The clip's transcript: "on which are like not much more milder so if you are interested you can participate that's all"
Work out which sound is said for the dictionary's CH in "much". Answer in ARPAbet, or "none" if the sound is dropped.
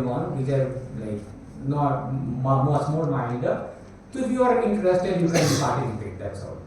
S